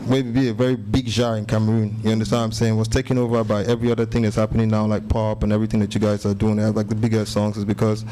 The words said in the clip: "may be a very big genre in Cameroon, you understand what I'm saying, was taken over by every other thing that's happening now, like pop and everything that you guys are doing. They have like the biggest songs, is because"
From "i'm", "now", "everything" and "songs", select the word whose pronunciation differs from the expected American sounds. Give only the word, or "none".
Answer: none